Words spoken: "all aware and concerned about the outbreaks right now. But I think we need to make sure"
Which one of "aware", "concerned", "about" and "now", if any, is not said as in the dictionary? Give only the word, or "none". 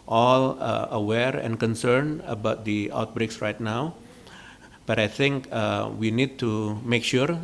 concerned